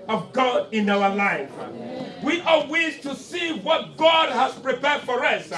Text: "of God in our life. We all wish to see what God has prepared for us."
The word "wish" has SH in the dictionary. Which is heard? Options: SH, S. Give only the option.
S